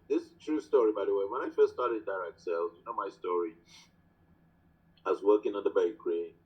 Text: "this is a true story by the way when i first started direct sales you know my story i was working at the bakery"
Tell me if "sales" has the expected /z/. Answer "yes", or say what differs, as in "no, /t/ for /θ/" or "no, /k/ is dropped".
no, /z/ is dropped